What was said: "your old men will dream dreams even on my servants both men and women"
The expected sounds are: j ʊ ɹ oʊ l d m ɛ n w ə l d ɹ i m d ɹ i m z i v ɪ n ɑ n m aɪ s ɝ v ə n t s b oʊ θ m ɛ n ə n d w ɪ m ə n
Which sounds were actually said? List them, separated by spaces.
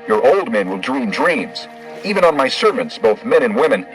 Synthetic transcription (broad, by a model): j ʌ ɹ oʊ l d m ɛ n w ə l d ɹ i m d ɹ i m z i v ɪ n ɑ n m aɪ s ɝ v ə n t s b oʊ θ m ɛ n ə n w ɪ m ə n